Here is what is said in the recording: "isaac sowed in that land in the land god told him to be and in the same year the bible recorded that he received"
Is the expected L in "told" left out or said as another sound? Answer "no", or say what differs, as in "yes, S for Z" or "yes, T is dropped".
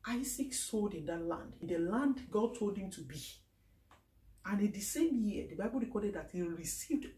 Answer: no